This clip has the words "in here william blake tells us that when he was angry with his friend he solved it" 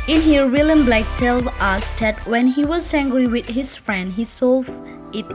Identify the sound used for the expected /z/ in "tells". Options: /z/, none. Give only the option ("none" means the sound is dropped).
none